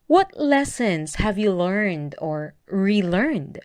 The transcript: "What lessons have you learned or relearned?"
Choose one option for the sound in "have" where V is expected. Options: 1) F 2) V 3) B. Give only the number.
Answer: 2